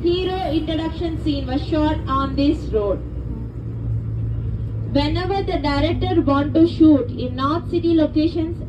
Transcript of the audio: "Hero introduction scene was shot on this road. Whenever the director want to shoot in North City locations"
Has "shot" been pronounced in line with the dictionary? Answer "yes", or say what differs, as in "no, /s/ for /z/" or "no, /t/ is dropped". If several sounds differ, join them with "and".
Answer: yes